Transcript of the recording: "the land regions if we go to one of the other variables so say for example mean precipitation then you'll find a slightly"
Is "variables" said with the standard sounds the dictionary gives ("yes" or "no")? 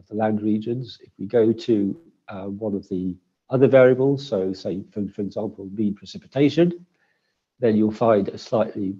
yes